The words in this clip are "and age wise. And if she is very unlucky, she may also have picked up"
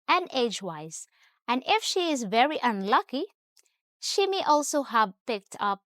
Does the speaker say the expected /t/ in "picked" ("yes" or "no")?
yes